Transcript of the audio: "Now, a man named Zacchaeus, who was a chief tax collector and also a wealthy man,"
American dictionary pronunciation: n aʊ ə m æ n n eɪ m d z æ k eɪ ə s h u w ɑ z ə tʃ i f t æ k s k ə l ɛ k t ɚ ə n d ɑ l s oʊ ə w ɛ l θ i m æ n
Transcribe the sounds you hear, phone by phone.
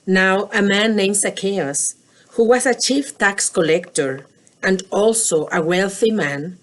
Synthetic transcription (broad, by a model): n aʊ ə m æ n n eɪ m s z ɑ k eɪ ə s h u w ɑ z ə tʃ i f t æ k s k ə l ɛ k t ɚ ə n d ɑ l s oʊ ə w ɛ l θ i m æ n